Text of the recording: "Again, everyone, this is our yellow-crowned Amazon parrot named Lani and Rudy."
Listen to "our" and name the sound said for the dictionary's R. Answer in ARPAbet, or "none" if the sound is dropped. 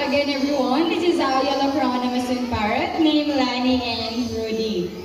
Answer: W